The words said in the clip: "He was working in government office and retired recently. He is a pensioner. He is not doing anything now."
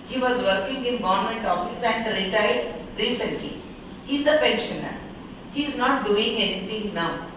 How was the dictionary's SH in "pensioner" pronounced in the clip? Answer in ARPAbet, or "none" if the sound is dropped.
SH